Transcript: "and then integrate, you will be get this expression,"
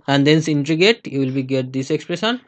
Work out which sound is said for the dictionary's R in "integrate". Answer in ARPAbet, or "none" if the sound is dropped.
none